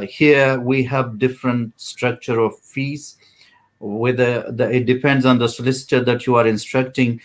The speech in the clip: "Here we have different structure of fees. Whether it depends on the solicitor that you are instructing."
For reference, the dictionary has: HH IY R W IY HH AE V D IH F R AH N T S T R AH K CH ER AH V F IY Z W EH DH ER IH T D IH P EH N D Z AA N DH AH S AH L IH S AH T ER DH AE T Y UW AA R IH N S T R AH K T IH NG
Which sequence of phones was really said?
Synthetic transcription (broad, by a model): HH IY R W IY HH AE V D IH F R AH N T S T R AH K CH ER AH V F IY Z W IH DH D IH T D IH P EH N D Z AA N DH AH S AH L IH S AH T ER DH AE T Y UW AA R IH N S T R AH K T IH NG